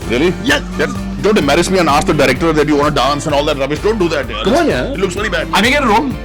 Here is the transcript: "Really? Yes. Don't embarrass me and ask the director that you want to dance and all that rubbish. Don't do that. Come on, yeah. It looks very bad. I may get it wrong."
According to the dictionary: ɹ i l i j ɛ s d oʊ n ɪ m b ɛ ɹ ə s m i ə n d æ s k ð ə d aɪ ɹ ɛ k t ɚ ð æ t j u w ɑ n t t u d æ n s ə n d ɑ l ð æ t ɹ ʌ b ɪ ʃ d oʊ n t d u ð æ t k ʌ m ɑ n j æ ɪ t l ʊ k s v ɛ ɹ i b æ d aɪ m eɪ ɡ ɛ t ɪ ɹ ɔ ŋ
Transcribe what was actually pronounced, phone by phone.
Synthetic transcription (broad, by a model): ɹ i l i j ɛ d d oʊ n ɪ m ɛ ɹ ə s m i ə n d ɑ s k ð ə d aɪ ɹ ɛ k t ɚ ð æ t j u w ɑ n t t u d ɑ n s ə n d ɑ l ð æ t ɹ ʌ b ɪ ʃ d oʊ n t d u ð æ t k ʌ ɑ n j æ ɪ t l ʊ k s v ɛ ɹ i b æ d aɪ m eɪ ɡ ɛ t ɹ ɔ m